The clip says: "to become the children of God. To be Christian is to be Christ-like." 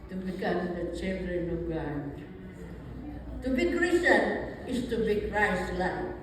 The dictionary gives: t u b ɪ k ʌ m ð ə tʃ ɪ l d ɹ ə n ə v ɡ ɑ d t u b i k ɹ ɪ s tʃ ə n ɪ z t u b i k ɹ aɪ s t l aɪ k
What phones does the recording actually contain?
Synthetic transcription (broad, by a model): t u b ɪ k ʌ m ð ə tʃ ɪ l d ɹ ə n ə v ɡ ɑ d t u b i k ɹ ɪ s ə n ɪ s t u b i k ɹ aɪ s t l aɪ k